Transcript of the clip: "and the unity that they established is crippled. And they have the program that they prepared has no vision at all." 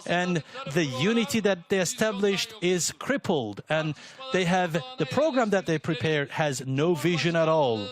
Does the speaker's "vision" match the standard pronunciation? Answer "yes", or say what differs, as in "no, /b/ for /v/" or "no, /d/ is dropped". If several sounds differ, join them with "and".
yes